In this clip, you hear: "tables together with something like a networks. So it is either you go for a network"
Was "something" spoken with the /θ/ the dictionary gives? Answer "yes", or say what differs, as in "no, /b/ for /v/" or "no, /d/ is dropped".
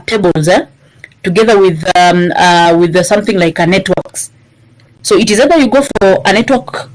yes